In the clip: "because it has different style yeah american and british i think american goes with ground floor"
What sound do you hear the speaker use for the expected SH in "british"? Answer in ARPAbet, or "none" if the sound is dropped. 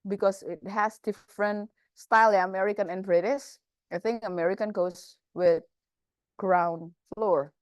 S